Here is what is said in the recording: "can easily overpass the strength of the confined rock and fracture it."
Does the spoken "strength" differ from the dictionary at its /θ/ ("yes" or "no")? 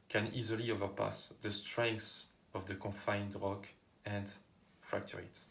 yes